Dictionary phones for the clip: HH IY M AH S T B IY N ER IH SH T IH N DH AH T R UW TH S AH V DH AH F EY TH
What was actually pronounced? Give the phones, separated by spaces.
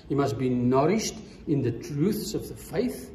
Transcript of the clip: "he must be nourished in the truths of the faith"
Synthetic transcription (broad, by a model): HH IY M AH S T B IY N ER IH SH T IH N DH AH T R UW TH S AH V DH AH F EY TH